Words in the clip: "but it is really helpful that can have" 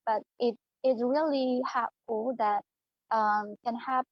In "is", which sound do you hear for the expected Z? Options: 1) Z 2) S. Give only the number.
2